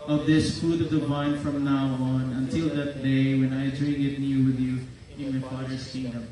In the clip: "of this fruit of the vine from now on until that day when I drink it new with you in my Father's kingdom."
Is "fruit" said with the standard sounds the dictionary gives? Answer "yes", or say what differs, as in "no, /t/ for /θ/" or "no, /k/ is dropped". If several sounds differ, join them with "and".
no, /ɹ/ is dropped